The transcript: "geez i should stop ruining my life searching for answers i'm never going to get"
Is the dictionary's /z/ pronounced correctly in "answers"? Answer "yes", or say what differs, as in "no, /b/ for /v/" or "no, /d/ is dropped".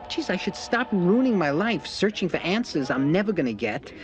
yes